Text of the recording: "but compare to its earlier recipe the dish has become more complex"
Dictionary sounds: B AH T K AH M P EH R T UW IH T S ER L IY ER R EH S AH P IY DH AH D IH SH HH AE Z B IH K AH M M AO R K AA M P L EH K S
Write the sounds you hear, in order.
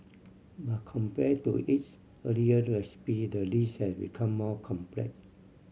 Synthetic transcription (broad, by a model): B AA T K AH M P EH T UW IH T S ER L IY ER R EH S AH P IY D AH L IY S HH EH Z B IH K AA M M AO K AA M P L EH K S